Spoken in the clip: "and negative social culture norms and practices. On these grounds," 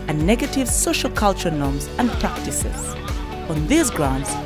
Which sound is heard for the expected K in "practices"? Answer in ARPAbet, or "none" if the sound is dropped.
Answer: K